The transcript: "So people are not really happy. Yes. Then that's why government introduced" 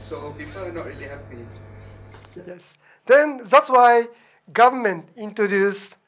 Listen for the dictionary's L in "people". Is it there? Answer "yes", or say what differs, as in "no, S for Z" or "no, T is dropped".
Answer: no, W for L